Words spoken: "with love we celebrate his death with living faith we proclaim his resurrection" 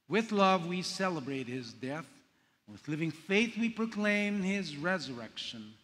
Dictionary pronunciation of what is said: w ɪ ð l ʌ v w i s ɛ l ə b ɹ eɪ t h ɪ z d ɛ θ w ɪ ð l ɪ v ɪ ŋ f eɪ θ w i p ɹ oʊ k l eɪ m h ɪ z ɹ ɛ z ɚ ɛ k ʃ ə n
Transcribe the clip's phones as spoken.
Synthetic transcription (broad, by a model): w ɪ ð l ʌ v w i s ɛ l ə b ɹ eɪ t h ɪ z d ɛ θ w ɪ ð l ɪ v ɪ ŋ f eɪ θ w i p ɹ oʊ k l eɪ m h ɪ z ɹ ɛ z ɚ ɛ k ʃ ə n